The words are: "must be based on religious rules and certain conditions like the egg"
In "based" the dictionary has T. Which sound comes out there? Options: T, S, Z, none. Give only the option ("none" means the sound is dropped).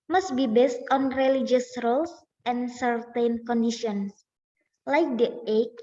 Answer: T